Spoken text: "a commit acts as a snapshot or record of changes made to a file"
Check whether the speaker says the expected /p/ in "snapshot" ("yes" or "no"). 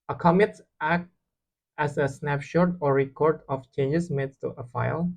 yes